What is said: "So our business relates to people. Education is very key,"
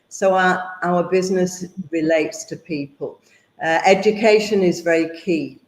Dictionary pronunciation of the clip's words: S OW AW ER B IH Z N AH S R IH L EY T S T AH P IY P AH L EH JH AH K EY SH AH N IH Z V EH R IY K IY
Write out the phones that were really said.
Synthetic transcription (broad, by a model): S OW AW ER B IH Z N AH S R IH L EY T S T AH P IY P AH L EH JH AH K EY SH AH N IH Z V EH R IY K IY